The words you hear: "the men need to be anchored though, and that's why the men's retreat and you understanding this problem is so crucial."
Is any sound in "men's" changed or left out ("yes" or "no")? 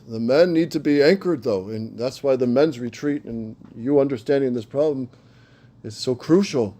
no